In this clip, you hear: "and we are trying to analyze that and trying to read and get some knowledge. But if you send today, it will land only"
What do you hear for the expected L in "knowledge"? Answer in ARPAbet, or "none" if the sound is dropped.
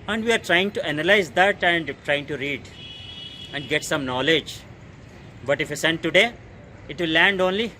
L